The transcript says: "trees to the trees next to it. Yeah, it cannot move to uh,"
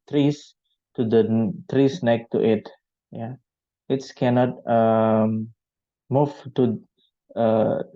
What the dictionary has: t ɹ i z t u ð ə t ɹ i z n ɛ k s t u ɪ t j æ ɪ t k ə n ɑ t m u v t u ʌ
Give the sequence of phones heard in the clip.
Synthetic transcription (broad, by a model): t ɹ i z t u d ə t ɹ i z n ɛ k t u ɪ t j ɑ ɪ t k ə n ɑ t m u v t u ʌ